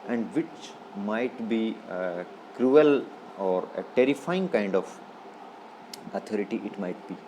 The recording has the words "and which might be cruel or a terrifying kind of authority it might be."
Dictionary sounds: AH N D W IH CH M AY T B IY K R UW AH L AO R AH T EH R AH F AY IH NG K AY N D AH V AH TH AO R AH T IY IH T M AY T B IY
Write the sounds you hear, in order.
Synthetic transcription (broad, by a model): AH N D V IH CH M AY T B IY K R UW AH L AO R AH T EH R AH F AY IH NG K AY N D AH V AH T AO R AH T IY IH T M AY T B IY